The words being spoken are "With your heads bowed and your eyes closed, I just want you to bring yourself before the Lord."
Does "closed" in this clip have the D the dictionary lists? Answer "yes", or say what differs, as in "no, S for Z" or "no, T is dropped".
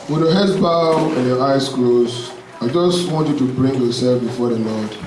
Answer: no, D is dropped